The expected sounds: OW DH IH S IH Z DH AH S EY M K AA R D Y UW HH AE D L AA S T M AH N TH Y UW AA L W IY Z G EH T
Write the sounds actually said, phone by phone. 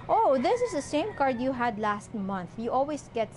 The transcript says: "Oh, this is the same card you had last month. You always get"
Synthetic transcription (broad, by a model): OW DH IH S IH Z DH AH S EY M K AA R D Y UW HH AE D L AA S T M AH N TH Y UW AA L W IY S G EH T